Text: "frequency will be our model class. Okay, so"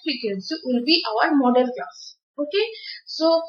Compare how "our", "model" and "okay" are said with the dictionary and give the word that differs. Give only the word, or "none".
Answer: model